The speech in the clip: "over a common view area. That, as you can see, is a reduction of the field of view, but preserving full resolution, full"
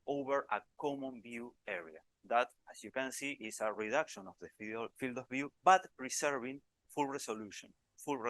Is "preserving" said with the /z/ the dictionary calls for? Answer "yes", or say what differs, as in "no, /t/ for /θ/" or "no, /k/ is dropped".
no, /s/ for /z/